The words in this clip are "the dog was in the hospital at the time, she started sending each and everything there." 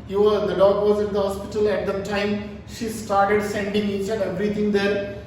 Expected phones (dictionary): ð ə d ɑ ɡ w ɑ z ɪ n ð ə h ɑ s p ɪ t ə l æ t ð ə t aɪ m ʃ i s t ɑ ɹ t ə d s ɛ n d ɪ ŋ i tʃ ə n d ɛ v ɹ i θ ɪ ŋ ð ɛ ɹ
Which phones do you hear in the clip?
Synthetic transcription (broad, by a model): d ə d ɑ ɡ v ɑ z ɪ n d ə h ɑ s p ɪ t ə l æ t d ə t aɪ m ʃ i s t ɑ ɹ t ə d s ɛ n d ɪ ŋ i tʃ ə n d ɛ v ɹ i t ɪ ŋ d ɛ ɹ